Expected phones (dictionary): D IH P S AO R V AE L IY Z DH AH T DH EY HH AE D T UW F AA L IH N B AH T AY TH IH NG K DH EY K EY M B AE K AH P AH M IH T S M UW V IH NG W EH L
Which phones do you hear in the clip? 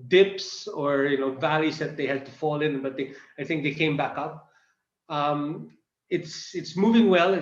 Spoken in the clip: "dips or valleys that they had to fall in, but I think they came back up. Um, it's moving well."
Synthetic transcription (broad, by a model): D IH P S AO R V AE L IY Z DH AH T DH EY HH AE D T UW F AA L IH N B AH T AY TH IH NG K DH EY K EY M B AE K AH P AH M IH T S M UW V IH NG W EH L